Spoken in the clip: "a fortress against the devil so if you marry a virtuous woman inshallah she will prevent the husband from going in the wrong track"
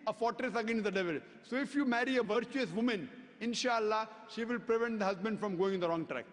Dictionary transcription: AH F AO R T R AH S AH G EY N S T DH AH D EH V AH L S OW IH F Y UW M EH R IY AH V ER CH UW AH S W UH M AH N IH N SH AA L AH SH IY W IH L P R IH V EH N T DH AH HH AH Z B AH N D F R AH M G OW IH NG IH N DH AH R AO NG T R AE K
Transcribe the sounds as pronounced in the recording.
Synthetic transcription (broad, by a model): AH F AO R T R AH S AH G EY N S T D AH D EH V AH L S OW IH F Y UW M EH R IY AH V ER CH UW AH S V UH M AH N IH N SH AA L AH SH IY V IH L P R IH V EH N T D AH HH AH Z B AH N D F R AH M G OW IH NG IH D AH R AO NG T R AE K